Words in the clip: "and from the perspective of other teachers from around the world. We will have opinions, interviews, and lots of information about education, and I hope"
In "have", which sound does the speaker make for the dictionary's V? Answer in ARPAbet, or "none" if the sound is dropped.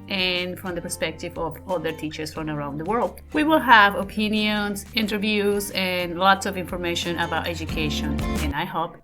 V